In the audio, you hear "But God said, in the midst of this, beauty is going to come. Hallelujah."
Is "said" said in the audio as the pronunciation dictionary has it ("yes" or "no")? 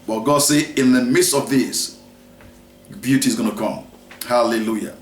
no